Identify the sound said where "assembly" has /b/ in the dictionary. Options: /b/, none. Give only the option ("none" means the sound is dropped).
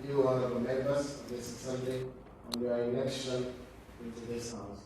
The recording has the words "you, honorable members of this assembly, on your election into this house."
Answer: none